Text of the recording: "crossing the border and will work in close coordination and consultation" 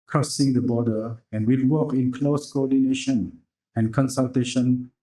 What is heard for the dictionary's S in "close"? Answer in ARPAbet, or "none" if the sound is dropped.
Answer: S